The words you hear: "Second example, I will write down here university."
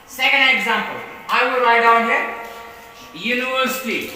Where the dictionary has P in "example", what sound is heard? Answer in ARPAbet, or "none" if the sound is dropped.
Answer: P